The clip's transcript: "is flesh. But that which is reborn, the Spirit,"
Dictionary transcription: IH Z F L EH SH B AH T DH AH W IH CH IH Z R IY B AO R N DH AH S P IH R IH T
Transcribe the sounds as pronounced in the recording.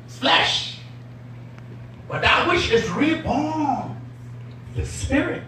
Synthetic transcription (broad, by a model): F L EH SH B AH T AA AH W IH SH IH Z R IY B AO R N DH AH S P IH R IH T